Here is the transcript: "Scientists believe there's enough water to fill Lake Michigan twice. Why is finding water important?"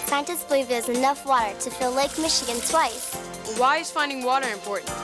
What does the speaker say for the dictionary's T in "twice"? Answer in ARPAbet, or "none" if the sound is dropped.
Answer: S